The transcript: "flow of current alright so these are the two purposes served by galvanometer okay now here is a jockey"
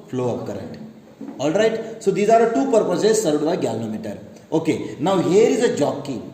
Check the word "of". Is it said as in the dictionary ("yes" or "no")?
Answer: no